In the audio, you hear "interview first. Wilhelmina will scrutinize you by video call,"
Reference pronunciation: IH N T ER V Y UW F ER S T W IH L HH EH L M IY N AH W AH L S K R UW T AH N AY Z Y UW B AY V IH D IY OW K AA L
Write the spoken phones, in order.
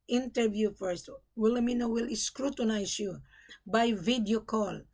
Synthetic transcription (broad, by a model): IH N T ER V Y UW F ER S T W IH L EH M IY N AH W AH L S K R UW T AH N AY S Y UW B AY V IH D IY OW K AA L